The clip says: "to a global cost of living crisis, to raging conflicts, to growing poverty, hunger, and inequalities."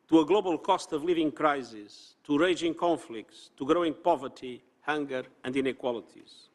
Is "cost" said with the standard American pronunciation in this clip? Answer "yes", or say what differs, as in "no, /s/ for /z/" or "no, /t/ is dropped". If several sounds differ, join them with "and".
yes